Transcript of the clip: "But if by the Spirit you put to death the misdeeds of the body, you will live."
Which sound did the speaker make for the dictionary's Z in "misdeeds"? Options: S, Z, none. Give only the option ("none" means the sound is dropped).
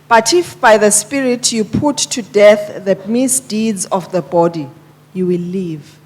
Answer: Z